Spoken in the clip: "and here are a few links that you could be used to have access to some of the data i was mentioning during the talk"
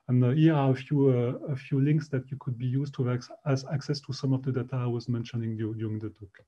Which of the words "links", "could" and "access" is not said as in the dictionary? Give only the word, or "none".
none